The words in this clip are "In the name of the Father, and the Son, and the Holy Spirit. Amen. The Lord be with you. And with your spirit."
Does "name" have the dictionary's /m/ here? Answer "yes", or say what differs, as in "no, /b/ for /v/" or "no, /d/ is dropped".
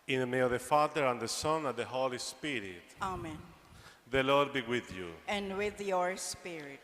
no, /m/ is dropped